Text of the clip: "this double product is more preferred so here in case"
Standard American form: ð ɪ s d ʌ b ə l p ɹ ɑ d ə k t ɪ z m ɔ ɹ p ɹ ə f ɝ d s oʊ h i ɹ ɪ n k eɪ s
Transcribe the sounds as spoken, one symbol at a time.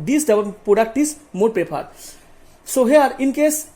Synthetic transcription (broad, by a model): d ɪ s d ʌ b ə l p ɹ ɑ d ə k t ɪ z m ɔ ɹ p ə p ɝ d s oʊ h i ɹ ɪ n k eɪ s